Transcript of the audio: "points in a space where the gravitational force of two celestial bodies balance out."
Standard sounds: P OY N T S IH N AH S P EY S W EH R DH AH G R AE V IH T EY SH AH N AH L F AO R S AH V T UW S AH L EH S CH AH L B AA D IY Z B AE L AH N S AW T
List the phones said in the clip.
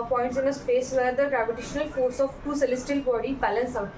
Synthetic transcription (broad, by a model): P OY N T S IH N AH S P EY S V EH R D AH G R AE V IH T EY SH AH N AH L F AO R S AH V T UW S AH L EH S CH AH L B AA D IY B AE L AH N S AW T